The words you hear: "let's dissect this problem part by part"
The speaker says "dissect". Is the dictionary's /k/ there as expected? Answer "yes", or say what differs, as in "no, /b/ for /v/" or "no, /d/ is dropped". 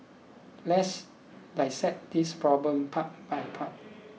no, /k/ is dropped